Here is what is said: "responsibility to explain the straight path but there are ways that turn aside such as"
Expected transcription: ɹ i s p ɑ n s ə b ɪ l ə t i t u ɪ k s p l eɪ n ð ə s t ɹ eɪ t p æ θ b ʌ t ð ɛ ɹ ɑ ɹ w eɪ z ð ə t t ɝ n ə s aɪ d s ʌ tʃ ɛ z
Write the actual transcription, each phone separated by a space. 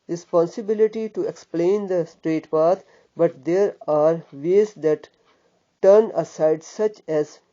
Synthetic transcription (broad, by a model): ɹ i s p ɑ n s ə b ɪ l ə t i t u ɪ k s p l eɪ n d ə s t ɹ eɪ t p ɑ t b ʌ t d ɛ ɹ ɑ ɹ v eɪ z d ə t t ɝ n ə s aɪ d s ʌ tʃ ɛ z